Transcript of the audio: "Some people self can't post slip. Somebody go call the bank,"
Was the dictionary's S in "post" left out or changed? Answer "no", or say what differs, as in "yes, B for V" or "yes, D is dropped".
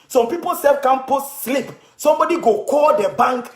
yes, S is dropped